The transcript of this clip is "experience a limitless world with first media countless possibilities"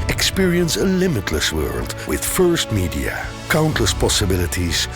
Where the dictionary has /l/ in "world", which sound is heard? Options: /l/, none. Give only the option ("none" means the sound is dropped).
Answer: /l/